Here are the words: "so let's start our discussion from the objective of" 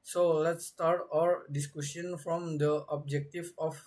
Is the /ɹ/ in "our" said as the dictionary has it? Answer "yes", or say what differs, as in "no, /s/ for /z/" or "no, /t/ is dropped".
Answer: yes